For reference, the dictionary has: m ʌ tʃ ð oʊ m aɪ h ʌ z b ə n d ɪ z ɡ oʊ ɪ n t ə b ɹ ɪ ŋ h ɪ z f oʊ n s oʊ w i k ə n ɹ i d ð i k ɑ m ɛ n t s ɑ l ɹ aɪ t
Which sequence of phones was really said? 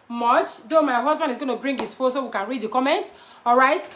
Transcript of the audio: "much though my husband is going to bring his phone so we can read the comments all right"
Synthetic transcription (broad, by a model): m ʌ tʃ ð oʊ m aɪ h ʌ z b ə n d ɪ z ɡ oʊ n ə b ɹ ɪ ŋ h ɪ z f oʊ s oʊ w i k ə n ɹ i d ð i k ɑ m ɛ n t ɑ l ɹ aɪ t